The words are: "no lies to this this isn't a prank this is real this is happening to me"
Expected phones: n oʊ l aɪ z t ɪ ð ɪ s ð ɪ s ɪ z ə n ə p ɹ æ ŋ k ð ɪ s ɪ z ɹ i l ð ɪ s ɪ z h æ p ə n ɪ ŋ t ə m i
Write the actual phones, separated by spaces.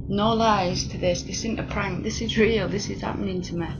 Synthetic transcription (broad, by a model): n oʊ l aɪ z t ɪ ð ɪ s ð ɪ s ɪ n ə p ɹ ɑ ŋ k ð ɪ s ɪ z ɹ i l ð ɪ s ɪ z h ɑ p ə n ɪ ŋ t ə m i